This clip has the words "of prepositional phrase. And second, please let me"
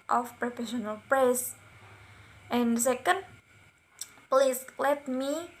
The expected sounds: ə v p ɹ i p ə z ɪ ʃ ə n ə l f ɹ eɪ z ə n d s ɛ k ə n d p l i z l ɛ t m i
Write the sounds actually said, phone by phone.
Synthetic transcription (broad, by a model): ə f p ɹ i f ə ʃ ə n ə l p ɹ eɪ s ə n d s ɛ k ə n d p l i s l ɛ t m i